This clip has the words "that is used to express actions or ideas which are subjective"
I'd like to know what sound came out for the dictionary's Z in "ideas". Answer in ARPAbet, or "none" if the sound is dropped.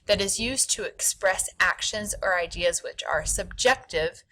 Z